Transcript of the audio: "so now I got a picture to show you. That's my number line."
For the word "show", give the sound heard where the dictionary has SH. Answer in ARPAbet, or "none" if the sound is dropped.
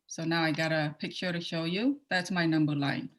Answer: SH